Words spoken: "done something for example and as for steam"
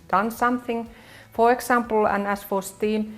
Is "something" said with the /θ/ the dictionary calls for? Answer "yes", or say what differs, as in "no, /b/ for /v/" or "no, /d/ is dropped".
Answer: yes